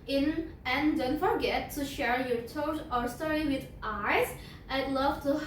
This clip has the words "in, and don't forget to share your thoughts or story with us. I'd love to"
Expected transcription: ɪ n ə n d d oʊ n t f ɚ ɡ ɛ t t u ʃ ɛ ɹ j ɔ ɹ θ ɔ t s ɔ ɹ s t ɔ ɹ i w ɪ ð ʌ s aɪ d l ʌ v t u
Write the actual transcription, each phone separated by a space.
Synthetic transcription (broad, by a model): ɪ n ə n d d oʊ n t f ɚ ɡ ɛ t t u ʃ ɛ ɹ j ɔ ɹ t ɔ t ɔ ɹ s t ɔ ɹ i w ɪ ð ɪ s aɪ d l ʌ v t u